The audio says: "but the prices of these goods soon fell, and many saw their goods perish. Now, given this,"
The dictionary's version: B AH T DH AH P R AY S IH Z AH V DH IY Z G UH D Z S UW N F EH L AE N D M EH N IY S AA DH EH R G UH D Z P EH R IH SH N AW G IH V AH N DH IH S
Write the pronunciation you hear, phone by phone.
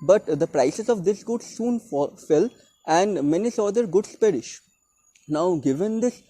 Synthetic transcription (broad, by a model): B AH T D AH P R AY S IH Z AH V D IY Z G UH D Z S UW N F EH L AE N D M EH N IY S AA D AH R G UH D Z P EH R IH SH N AW G IH V AH N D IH S